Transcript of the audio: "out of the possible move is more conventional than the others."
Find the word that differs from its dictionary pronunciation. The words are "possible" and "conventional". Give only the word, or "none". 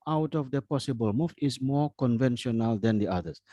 none